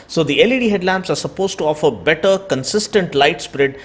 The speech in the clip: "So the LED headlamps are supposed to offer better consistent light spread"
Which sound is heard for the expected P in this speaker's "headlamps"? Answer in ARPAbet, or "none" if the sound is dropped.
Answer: P